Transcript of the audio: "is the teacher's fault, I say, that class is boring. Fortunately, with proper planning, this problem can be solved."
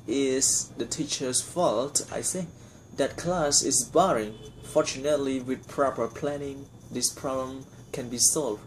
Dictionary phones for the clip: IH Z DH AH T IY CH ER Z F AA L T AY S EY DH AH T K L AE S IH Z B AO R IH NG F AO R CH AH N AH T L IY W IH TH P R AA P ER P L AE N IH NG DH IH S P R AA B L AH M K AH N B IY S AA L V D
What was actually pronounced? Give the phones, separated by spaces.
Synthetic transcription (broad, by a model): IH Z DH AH T IY CH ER S F AA L T AY TH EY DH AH T K L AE S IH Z B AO R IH NG F AO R CH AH N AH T L IY W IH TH P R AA P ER P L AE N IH NG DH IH S P R AA B L AH M K AH N B IY S AA L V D